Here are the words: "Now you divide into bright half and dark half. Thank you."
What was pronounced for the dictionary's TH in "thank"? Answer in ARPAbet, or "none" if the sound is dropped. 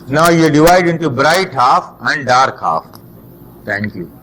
T